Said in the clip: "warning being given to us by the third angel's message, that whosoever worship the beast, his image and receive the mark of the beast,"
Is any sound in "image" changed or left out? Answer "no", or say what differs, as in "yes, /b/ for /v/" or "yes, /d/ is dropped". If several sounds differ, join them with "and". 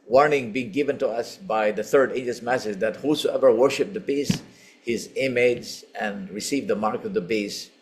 yes, /z/ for /dʒ/